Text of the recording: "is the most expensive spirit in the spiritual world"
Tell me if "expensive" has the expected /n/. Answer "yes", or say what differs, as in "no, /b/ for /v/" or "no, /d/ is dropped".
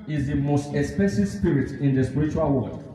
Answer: no, /n/ is dropped